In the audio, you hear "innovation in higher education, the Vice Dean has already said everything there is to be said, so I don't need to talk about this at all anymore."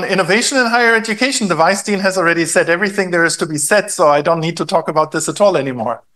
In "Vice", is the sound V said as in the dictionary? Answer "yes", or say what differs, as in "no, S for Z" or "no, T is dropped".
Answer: yes